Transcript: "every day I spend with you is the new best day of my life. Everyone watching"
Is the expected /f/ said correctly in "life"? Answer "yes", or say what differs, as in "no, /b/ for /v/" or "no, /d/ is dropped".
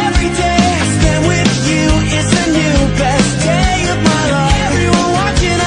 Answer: no, /f/ is dropped